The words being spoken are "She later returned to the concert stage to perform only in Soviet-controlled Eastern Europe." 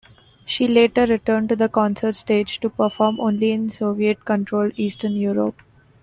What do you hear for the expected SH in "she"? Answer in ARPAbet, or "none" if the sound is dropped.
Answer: SH